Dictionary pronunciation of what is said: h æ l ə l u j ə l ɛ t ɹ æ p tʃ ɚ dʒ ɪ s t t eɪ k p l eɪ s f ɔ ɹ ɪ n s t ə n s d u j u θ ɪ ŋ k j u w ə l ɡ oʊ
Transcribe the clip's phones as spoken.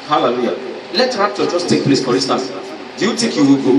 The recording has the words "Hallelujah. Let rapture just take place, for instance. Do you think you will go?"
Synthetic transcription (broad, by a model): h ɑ l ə l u j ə l ɛ t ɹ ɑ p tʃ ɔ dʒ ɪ s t t eɪ k p l eɪ s f ɔ ɹ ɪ s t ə s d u j u t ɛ k j u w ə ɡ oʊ